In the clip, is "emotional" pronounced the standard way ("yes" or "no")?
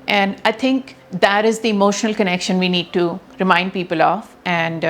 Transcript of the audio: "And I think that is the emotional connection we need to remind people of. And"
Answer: yes